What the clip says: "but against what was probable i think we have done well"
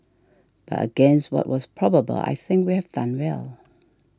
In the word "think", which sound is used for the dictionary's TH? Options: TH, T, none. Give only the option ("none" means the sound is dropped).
TH